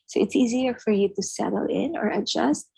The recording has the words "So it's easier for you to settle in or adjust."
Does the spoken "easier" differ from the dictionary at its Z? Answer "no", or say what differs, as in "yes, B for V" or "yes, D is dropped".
no